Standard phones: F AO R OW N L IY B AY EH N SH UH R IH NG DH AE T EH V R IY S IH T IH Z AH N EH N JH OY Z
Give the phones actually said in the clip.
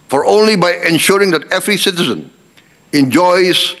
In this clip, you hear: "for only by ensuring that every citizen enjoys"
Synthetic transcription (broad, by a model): F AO R OW N L IY B AY EH N SH UH R IH NG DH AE T EH V R IY S IH T IH Z AH N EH N JH OY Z